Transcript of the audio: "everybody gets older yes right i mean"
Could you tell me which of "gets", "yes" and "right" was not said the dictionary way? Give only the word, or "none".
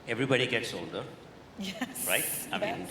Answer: yes